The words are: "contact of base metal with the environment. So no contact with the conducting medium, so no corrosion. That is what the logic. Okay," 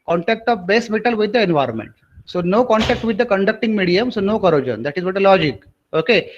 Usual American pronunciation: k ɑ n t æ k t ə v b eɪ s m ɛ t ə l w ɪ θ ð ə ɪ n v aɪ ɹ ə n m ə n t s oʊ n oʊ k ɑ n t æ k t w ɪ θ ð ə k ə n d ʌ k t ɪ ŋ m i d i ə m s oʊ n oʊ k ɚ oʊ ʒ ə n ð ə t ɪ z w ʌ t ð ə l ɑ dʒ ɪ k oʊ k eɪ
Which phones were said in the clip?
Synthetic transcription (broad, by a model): k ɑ n t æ k t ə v b eɪ s m ɛ t ə l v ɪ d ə ɪ n v aɪ ɹ ə n m ə n t s oʊ n oʊ k ɑ n t æ k t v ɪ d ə k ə n d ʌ k t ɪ ŋ m i d i ə m s oʊ n oʊ k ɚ oʊ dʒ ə n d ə t ɪ z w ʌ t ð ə l ɑ dʒ ɪ k oʊ k eɪ